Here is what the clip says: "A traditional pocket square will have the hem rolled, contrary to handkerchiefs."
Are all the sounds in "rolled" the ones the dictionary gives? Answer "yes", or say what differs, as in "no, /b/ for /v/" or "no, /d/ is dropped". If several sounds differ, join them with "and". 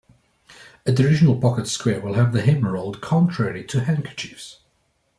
yes